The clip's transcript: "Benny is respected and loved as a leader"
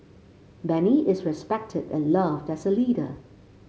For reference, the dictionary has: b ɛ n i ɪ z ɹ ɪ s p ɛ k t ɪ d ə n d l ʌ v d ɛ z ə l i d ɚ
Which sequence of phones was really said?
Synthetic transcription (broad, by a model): b ɛ n i ɪ z ɹ ɪ s p ɛ k t ɪ d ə n l ʌ v d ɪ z ə l i d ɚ